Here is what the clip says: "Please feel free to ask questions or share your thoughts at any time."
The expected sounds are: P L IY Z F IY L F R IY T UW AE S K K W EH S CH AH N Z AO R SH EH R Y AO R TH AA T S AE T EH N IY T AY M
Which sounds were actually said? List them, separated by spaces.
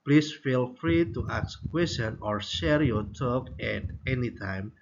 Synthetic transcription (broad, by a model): P L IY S F IY L F R IY T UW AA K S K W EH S AH N AO R SH EH R Y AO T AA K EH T EH N IY T AY M